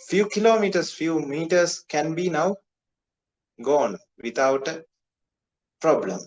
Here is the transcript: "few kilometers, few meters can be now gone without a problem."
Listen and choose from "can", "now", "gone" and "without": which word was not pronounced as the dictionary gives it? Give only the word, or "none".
without